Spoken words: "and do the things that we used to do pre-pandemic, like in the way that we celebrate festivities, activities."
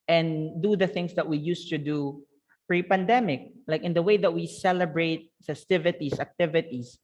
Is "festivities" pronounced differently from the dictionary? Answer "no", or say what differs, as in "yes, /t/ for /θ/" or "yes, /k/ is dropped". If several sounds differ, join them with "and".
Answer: yes, /s/ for /z/